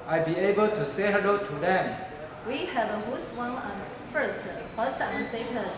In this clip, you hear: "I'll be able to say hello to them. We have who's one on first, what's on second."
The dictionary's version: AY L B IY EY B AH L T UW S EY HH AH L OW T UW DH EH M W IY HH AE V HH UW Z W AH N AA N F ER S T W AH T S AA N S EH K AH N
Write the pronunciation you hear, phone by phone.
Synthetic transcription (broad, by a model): AY B IY EY B AH L T UW S EY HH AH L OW T UW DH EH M W IY HH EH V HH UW S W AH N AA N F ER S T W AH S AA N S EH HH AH